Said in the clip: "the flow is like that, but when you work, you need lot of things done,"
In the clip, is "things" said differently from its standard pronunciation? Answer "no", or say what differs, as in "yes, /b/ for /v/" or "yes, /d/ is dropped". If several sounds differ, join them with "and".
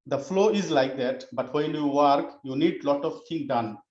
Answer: yes, /t/ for /θ/ and /z/ is dropped